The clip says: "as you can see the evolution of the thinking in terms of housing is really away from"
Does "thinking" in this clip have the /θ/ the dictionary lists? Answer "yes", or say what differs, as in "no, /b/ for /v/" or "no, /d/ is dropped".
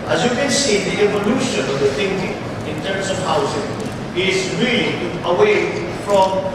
no, /t/ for /θ/